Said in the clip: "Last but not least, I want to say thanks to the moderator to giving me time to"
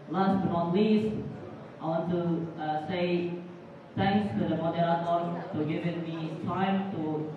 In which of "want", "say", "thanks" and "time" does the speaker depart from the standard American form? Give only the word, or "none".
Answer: thanks